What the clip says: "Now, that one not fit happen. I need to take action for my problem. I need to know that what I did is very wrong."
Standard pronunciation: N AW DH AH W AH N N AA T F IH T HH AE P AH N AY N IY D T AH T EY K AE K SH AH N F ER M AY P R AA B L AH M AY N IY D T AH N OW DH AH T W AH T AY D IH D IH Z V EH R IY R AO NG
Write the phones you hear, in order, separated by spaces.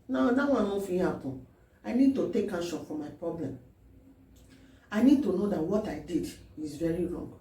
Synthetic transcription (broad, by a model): N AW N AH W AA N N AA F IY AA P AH AY N IY D T AH T EY K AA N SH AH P F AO M AY P R AA B L AH M AY N IY D T AH N OW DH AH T W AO T AY D IH D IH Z V EH R IY R AO NG